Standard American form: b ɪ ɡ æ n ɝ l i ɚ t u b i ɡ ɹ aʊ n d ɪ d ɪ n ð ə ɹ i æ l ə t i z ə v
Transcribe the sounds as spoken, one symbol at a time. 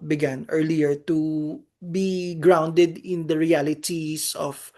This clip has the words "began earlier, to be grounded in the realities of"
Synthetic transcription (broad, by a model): b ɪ ɡ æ n ɝ l i ɚ t u b i ɡ ɹ aʊ n d ɪ d ɪ n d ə ɹ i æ l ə t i s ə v